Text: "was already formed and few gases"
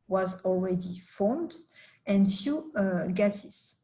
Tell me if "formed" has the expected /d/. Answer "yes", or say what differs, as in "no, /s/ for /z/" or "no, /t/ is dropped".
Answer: yes